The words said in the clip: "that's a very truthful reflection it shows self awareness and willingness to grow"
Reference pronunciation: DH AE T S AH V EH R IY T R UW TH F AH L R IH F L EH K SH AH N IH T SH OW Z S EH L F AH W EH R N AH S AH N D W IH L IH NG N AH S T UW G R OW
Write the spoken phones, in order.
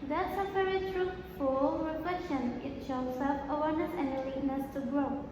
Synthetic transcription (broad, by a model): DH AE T S AH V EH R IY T R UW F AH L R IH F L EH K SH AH N IH T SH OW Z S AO F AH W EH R N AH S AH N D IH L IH N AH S T UW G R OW